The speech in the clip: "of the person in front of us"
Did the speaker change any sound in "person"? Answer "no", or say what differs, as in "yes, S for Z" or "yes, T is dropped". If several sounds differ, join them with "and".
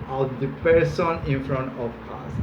no